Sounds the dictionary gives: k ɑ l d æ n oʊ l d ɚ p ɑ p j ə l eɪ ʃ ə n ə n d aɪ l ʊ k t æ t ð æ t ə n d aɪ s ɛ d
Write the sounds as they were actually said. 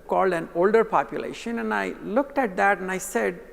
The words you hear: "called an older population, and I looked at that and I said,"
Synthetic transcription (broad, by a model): k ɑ l d æ n oʊ l d ɚ p ɑ p j ə l eɪ ʃ ə n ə n aɪ l ʊ k t æ t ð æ t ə n aɪ s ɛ d